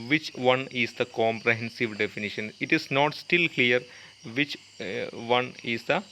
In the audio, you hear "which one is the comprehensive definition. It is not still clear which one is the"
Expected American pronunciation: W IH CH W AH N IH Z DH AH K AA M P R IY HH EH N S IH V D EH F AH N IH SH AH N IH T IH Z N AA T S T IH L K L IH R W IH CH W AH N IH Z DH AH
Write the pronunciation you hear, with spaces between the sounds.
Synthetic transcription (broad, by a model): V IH CH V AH N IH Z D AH K AA M P R IY HH EH N S IH V D EH F AH N IH SH AH N IH T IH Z N AA T S T IH L K L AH R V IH CH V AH N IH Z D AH